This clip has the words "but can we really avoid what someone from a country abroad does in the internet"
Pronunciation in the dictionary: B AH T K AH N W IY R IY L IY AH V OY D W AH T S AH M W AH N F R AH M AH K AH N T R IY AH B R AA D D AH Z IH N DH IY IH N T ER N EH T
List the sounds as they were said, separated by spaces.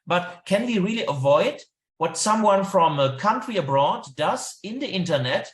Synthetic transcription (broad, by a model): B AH T K AH N W IY R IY L IY AH V OY D W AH T S AH M W AH N F R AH M AH K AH N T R IY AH B R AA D D AH Z IH N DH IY IH N T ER N EH T